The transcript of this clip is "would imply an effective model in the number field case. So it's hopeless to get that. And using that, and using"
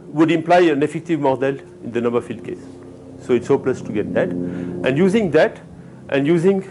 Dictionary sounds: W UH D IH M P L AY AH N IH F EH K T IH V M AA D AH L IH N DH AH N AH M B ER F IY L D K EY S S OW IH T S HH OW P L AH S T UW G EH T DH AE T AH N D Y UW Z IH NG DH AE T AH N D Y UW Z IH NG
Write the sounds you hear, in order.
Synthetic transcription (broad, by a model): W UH D IH M P L AY AH N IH F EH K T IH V M AA D AH L IH N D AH N AH M B ER F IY L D K EY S S OW IH T S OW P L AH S T UW G EH T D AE T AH N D Y UW Z IH NG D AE T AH N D Y UW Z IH NG